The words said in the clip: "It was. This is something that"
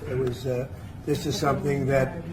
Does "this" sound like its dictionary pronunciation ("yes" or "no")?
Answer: yes